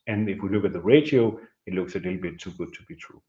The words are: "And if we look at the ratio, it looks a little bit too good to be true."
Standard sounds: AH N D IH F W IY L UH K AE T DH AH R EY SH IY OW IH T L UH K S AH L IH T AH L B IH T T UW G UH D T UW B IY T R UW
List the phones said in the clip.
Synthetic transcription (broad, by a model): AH N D IH F W IY L UH K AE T DH AH R EY SH IY OW IH T L UH K S AH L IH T L B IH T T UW G UH D T UW B IY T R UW